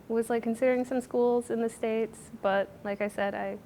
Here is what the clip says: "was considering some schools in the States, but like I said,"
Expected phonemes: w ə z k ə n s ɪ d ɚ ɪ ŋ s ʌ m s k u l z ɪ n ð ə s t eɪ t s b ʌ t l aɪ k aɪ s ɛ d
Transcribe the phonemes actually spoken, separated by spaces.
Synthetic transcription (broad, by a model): w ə z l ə n s ɪ d ɚ ɪ ŋ s ʌ m s k u l z ɪ n ð ə s t eɪ t s b ʌ t l aɪ k aɪ s ɛ d